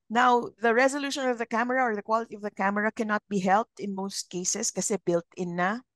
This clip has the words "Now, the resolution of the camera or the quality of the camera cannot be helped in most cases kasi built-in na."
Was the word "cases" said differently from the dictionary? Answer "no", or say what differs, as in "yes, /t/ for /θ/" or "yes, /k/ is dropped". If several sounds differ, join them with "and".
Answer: yes, /s/ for /z/